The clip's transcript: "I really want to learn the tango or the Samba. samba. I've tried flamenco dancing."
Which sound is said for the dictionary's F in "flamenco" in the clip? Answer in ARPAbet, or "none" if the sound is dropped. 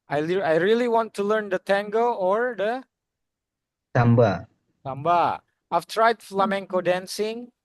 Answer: F